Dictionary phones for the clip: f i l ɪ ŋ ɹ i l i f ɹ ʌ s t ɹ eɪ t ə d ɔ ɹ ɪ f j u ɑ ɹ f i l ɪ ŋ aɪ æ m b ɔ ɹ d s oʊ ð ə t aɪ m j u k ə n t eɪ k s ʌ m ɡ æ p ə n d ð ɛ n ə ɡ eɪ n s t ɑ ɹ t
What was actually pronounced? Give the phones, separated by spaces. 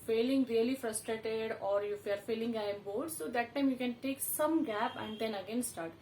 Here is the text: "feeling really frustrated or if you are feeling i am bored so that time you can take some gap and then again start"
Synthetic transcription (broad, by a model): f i l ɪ ŋ ɹ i l i f ɹ ʌ s t ɹ eɪ t ə d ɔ ɹ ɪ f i ɑ ɹ f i l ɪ ŋ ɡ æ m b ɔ l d s oʊ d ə t aɪ m j u k ə n t eɪ k s ʌ m ɡ æ p ə n d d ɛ n ə ɡ eɪ n s t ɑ ɹ t